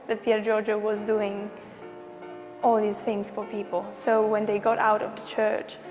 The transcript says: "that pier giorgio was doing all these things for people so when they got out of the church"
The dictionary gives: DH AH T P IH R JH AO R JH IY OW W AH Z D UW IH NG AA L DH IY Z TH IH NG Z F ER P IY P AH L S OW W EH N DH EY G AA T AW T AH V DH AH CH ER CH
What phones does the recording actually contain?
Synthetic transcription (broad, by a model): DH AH T P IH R JH AO R JH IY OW W AH Z D UW IH NG AA L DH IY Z TH IH NG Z F ER P IY P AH L S OW W EH N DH EY G AA T AW T AH V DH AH CH ER CH